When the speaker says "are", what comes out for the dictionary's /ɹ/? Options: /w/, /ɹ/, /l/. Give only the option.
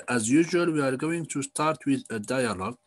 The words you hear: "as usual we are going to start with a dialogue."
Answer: /ɹ/